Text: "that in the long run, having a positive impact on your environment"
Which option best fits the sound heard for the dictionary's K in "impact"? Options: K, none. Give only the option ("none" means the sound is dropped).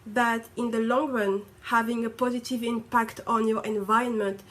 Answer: K